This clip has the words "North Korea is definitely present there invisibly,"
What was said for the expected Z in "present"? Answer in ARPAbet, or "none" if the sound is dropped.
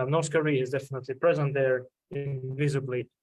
Z